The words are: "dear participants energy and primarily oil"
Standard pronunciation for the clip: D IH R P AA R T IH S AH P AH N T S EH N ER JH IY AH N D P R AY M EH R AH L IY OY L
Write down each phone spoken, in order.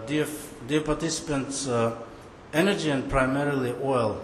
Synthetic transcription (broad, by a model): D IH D P AA R T IH S AH P AH N T S EH N ER JH IY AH N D P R AY M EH R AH L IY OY L